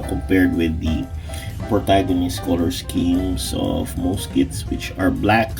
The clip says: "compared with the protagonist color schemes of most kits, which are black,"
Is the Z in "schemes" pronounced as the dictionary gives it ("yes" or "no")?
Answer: no